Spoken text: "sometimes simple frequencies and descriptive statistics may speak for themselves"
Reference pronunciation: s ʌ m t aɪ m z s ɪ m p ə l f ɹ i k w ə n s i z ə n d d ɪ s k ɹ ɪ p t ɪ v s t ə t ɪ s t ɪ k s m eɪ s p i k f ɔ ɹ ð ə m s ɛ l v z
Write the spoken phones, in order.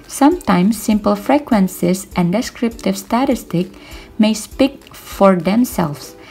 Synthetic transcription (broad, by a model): s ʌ m t aɪ m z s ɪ m p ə l f ɹ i k w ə n s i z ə n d d ɪ s k ɹ ɪ p t ɪ v s t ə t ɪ s t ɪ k m eɪ s p i k f ɔ ɹ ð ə m s ɛ l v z